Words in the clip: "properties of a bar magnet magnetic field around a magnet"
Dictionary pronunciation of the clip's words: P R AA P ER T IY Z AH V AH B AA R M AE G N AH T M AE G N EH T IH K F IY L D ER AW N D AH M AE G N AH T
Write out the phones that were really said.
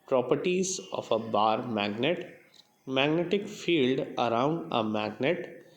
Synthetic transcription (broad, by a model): P R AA P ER T IY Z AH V AH B AA R M AE G N AH T M AE G N EH T IH K F IY L D ER AW N D AH M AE G N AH T